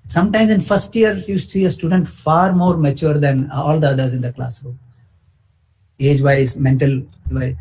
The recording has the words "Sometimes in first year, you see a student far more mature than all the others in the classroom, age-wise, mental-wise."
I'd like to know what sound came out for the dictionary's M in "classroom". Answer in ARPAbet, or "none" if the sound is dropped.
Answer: none